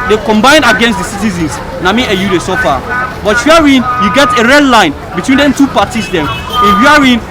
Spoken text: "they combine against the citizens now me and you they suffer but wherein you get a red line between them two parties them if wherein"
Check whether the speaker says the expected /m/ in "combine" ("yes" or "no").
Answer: yes